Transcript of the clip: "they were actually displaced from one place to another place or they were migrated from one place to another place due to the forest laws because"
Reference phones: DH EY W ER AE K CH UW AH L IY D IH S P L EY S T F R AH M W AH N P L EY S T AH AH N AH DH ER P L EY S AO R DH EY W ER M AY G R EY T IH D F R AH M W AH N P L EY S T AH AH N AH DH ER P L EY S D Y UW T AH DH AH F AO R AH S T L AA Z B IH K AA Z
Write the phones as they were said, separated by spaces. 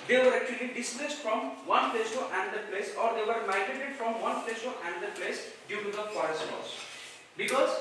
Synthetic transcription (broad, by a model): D EY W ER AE K CH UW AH L IY D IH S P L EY S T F R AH M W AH N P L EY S T AH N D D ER P L EY S AO R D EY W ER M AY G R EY T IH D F R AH M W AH N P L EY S T AH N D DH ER P L EY S D Y UW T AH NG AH P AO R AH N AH L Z B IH K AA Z